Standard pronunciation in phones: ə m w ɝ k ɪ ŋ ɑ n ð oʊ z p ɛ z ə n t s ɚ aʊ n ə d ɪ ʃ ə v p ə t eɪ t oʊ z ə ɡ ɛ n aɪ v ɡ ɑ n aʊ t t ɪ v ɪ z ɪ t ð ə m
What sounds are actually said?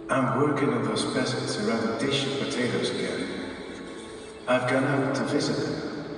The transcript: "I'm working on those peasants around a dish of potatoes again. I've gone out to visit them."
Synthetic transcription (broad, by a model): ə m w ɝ k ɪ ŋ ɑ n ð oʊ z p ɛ s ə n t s ɚ aʊ n ə d ɪ ʃ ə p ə t eɪ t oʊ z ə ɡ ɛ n aɪ v ɡ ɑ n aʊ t t ɪ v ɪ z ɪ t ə